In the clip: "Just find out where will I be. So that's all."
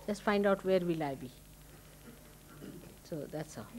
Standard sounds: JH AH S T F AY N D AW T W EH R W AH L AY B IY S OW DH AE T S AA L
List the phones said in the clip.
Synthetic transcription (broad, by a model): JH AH S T F AY N D AW T W EH R W AH L AY B IY S OW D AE T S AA